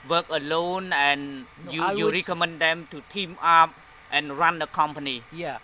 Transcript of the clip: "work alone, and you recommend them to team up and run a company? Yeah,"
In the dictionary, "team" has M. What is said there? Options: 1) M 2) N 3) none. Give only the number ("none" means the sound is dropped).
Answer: 1